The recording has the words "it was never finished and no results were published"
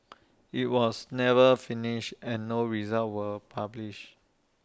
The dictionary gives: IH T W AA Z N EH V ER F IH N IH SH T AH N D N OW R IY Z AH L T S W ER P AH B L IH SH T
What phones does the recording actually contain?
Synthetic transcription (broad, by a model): IH T W AA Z N EH V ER F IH N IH SH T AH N N OW R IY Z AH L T W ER P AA B L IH SH